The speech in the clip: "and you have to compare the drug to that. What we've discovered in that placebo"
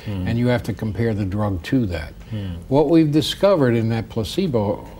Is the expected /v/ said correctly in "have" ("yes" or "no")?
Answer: no